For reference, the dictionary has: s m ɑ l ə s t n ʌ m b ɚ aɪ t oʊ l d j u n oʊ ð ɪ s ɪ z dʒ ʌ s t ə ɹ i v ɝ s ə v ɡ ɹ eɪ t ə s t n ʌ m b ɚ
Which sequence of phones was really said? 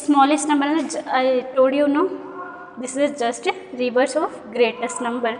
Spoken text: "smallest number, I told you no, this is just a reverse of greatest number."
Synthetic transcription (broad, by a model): s m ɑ l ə s t n ʌ m b ɚ aɪ t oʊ d j u n oʊ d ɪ s ɪ z dʒ ʌ s t ɹ i v ɝ s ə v ɡ ɹ eɪ t ə s t n ʌ m b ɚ